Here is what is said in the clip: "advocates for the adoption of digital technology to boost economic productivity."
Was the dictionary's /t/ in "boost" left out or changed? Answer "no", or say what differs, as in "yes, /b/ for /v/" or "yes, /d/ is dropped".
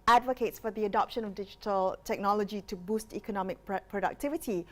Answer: no